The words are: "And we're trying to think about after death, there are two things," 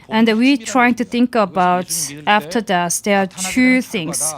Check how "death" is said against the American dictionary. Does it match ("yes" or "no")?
no